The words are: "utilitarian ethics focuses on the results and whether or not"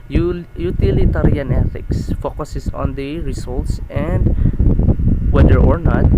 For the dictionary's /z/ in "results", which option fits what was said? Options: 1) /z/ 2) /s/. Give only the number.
2